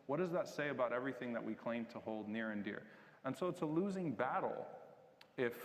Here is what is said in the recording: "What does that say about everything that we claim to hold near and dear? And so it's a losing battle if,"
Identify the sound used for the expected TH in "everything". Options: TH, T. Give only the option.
TH